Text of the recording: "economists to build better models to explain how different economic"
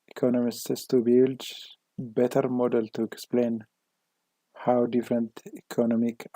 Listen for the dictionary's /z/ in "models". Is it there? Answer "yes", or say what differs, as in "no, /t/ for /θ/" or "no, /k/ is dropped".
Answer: no, /z/ is dropped